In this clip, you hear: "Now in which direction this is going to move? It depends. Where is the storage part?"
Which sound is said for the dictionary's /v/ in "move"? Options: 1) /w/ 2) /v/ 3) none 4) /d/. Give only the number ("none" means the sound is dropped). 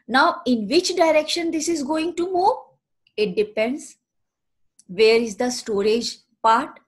3